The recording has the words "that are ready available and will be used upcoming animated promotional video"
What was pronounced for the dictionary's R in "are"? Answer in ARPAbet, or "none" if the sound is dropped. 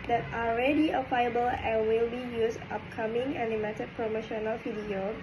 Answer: L